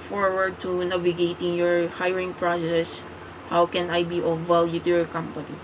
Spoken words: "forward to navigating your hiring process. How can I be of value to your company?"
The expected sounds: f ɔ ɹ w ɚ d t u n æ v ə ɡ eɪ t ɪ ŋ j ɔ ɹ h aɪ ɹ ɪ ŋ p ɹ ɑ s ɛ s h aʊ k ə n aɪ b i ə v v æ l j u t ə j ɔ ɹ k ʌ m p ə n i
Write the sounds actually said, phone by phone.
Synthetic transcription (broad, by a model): f ɔ ɹ w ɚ d t u n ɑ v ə ɡ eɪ t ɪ ŋ j ɔ ɹ h aɪ ɹ ɪ ŋ p ɹ ɑ s ɛ s h aʊ k ə n aɪ b i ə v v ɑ l j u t j ɔ ɹ k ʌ m p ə n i